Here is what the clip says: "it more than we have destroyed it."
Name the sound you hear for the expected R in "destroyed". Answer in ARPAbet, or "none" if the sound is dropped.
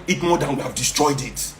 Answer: R